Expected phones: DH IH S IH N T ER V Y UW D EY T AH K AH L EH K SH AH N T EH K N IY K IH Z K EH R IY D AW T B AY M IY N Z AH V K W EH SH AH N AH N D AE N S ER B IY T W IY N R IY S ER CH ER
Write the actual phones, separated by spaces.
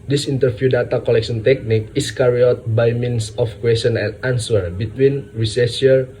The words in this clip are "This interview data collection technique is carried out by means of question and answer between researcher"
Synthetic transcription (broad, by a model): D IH S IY N T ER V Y UW D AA T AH K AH L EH K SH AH N T EH K N IY K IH S K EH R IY AO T B AY M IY N S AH F K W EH S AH N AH N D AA N S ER B IY T W IY N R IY S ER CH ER